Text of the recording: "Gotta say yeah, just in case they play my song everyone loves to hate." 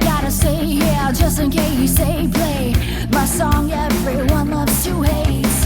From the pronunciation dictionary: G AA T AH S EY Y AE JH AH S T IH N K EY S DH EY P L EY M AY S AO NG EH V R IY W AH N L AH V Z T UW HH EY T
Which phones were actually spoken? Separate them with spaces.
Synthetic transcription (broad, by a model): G AA T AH S EY Y AE JH AH S T IH N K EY S EY P L EY M AY S AO NG EH V R IY W AH N AH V S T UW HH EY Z